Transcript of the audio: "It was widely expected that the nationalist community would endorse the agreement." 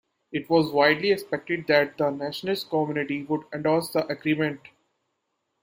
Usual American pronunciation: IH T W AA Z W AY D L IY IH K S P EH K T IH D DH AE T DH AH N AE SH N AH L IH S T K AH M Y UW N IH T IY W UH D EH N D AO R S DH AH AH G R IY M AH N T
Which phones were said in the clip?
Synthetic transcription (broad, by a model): IH T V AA Z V AY D L IY IH K S P EH K T IH D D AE T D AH N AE SH AH N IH S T K AH M Y UW N IH T IY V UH D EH N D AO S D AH AH G R IY M AH N T